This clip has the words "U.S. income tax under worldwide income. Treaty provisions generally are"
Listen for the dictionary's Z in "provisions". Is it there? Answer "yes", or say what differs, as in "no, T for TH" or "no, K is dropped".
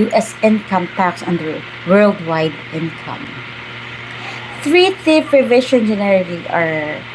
no, Z is dropped